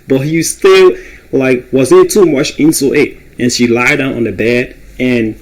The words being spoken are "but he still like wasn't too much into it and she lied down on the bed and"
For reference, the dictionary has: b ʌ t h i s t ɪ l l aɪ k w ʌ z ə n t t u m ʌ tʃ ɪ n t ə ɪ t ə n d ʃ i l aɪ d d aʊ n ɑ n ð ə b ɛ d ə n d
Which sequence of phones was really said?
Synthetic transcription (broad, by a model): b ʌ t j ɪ s t ɪ l l aɪ k w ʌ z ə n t t u m ʌ tʃ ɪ n s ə ɪ t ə n ʃ i l aɪ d d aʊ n n ð ə b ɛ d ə n